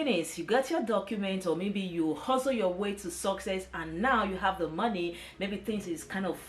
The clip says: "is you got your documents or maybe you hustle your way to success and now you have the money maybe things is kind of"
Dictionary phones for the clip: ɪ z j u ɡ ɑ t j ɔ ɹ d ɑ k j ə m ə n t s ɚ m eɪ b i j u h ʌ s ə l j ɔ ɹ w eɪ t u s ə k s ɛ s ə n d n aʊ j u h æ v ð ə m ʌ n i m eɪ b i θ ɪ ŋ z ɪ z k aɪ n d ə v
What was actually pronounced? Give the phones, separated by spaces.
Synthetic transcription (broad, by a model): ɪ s j u ɡ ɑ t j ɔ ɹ d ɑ k j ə m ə n t ɔ m eɪ b i j u h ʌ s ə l j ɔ w eɪ t u s ə k s ɛ s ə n n aʊ j u h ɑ v ð ə m ʌ n i m eɪ b i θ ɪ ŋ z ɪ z k aɪ n d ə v